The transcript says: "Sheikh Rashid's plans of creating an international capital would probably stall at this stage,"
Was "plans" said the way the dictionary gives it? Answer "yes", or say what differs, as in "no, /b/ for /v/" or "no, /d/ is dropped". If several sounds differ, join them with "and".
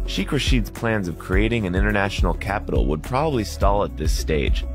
yes